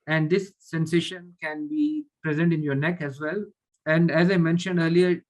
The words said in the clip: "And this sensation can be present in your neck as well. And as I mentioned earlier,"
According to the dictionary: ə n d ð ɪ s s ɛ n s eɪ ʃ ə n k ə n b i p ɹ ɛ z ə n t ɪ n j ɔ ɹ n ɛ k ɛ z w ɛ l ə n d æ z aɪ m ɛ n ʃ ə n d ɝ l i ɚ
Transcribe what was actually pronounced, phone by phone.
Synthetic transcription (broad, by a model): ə n d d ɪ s s ɛ n s eɪ ʃ ə n k ə n b i p ɹ ɛ z ə n t ɪ n j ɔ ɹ n ɛ k ɛ z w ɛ l ə n d æ z aɪ m ɛ n ʃ ə n d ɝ l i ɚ